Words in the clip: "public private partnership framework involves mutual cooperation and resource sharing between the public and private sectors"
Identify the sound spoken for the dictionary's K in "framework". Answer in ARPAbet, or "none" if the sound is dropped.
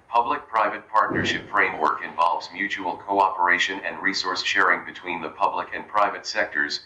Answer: K